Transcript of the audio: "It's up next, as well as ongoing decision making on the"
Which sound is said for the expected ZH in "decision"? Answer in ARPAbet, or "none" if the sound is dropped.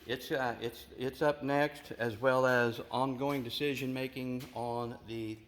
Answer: ZH